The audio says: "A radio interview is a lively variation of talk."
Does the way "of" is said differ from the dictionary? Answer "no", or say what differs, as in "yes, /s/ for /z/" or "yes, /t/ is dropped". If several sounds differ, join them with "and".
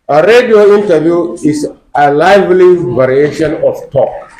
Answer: yes, /f/ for /v/